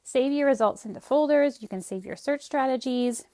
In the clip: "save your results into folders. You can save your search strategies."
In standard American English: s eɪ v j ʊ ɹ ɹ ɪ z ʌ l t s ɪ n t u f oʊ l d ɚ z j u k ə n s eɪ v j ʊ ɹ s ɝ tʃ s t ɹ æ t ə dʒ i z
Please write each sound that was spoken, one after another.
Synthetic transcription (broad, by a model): s eɪ v j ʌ ɹ ɹ ɪ z ʌ l t s ɪ n t u f oʊ l d ɚ z j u k ə n s eɪ v j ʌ ɹ s ɝ tʃ s t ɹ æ t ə dʒ i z